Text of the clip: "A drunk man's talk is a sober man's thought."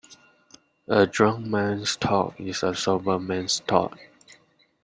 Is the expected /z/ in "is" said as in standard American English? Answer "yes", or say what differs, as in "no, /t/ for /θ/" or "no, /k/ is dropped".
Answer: no, /s/ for /z/